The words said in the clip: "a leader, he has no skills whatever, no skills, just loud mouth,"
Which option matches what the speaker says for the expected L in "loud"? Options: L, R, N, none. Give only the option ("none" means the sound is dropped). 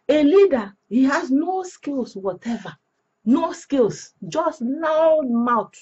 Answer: N